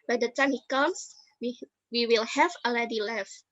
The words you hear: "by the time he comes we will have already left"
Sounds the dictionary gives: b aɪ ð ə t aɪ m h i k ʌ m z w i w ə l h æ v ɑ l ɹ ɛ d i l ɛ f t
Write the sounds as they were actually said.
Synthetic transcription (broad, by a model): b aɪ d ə t aɪ m h i k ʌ m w w i w ə l h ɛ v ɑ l ɛ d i l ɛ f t